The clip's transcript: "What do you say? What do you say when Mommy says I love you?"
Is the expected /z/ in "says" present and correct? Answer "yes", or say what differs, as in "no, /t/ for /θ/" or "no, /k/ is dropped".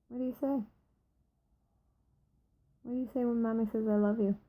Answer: yes